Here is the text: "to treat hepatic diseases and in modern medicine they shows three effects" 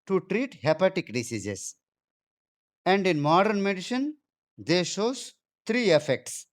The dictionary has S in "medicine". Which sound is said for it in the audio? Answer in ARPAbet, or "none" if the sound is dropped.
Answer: SH